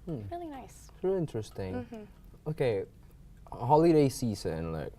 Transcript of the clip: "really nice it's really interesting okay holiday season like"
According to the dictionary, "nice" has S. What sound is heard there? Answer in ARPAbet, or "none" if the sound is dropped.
none